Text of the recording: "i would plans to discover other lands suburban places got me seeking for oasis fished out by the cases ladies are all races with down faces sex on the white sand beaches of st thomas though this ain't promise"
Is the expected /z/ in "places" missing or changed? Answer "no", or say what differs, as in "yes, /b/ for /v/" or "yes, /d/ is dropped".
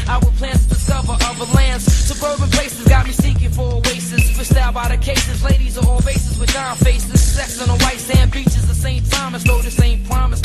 no